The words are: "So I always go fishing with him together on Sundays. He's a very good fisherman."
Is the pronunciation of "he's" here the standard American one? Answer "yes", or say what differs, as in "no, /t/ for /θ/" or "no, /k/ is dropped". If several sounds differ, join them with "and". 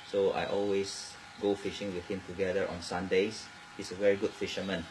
no, /s/ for /z/